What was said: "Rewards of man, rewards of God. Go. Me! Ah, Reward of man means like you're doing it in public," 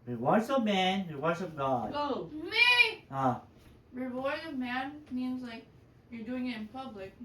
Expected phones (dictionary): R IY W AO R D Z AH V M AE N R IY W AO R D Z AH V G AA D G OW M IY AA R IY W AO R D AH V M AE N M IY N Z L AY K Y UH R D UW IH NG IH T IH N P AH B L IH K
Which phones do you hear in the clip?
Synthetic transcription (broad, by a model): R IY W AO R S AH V M AE N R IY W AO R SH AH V G AA D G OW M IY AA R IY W AO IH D AH V M AE N M IY N Z L AY K Y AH R D UW IH NG IH T IH N P AH B L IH K